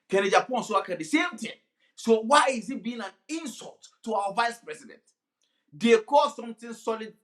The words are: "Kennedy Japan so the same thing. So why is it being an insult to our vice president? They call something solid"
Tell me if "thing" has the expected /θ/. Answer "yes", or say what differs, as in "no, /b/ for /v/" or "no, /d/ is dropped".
no, /t/ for /θ/